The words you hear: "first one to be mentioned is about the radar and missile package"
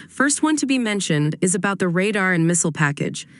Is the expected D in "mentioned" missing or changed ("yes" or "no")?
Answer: no